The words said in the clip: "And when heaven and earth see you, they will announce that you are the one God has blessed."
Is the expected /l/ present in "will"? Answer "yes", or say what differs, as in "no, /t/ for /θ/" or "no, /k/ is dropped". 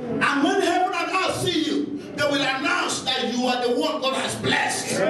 yes